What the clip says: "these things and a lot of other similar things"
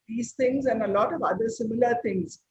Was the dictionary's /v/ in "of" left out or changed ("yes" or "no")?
no